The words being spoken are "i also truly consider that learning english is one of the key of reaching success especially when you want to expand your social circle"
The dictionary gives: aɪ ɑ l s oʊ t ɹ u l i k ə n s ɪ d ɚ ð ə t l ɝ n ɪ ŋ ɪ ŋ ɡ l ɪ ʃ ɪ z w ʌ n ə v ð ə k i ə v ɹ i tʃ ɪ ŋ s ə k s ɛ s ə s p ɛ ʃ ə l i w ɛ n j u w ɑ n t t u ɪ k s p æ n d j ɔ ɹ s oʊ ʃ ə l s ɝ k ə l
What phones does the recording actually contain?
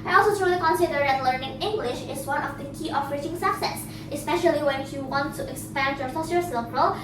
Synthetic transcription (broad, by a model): aɪ ɑ l s oʊ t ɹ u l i k ə n s ɪ d ɚ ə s l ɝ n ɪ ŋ ɪ ŋ ɡ l ɪ ʃ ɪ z w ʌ n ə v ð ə k i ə f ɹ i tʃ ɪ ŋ s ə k s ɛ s ə s p ɛ ʃ ə l i w ɛ n j u w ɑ n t t u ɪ k s p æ n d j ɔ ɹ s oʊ s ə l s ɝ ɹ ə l